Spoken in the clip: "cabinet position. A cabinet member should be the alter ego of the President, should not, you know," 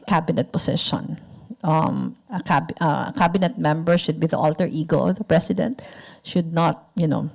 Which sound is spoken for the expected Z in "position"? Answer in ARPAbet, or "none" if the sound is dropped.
S